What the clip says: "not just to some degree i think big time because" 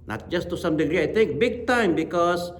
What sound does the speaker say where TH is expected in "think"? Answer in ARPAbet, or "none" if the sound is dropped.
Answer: T